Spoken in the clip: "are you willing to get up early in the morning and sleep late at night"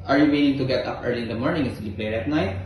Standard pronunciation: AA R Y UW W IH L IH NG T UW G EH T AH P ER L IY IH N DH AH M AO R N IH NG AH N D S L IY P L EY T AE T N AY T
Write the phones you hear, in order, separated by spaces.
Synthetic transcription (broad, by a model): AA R Y UW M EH N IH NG T UW G EH T AH P ER L IY IH N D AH M AO R N IH NG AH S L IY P L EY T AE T N AY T